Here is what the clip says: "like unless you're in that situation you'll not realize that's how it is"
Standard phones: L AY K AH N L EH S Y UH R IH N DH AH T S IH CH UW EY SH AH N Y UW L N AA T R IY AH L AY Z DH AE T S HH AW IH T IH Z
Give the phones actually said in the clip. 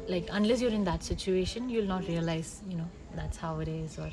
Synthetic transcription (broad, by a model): L AY K AH N L EH S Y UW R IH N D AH T S IH CH UW EY SH AH N Y UW L N AA T R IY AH L AY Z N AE T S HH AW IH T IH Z